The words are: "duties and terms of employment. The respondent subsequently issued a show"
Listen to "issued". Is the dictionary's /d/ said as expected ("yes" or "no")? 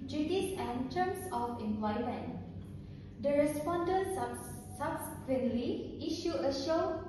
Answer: no